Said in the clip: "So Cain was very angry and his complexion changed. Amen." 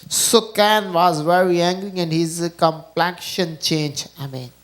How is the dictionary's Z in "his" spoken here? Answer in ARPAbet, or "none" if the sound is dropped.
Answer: Z